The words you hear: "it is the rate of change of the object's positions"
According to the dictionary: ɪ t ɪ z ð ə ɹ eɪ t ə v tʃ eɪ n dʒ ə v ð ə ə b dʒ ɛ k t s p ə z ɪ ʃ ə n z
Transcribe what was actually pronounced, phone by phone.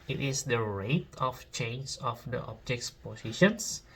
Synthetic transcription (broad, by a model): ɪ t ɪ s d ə ɹ eɪ t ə f tʃ eɪ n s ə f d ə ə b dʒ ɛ k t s p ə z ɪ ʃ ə n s